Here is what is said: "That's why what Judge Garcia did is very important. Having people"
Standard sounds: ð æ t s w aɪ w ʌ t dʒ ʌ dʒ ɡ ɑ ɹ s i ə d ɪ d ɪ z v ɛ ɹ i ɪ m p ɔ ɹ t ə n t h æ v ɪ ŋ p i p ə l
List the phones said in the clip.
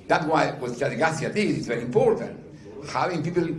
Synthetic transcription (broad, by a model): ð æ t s w aɪ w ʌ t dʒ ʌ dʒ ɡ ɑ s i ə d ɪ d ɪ s v ɛ ɹ i ɪ m p ɔ ɹ t ə n t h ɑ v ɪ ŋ p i p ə l